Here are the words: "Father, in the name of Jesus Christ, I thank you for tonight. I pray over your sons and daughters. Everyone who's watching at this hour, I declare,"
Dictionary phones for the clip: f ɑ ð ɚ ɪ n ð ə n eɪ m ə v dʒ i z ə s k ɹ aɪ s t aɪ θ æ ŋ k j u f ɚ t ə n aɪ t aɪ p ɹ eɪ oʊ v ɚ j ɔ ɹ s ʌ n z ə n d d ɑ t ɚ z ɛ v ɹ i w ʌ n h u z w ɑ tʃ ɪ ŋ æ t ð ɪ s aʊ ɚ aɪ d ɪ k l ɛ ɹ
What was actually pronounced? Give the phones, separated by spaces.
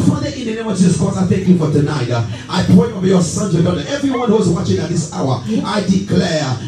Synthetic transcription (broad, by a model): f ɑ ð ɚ ɪ n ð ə n eɪ m ə v dʒ i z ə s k ɔ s aɪ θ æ ŋ k j u f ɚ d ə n aɪ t aɪ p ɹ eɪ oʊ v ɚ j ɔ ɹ s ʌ n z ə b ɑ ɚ ɛ v ɹ i w ʌ n h u z w ɑ tʃ ɪ ŋ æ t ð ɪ s aʊ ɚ aɪ d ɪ k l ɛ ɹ